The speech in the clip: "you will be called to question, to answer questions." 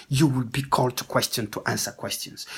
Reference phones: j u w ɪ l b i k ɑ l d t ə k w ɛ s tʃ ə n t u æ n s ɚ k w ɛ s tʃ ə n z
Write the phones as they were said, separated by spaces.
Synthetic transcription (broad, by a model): j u w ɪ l b i k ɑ l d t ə k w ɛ s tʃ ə n t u æ n s ɚ k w ɛ s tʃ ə n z